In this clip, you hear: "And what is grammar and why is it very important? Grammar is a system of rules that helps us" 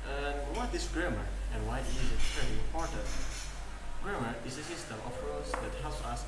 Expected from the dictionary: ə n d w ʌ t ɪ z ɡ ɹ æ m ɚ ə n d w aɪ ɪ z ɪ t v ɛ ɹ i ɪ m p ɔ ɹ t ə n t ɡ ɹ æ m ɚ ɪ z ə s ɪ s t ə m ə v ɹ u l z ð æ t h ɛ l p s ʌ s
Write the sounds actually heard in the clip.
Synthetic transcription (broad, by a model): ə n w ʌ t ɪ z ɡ ɹ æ m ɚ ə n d w aɪ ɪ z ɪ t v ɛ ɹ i ɪ m p ɔ ɹ t ə n t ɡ ɹ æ m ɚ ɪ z ə s ɪ s t ə m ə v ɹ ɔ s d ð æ t h ɛ l p s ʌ s